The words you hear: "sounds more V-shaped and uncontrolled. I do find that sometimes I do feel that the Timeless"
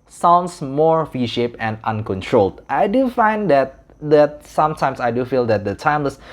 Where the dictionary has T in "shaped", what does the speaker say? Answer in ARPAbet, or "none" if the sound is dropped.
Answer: none